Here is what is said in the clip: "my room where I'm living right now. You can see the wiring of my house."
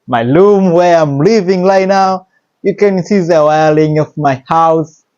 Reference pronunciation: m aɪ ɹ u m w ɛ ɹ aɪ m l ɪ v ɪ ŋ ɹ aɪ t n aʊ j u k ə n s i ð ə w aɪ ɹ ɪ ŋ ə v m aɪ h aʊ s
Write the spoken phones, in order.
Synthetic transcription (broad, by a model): m aɪ l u m w ɛ ɹ aɪ m l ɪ v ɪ ŋ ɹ aɪ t n aʊ j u k ə n s i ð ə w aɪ l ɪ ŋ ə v m aɪ h aʊ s